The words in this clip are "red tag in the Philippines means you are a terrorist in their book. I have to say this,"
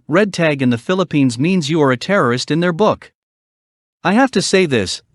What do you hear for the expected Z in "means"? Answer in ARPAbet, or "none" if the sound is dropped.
Z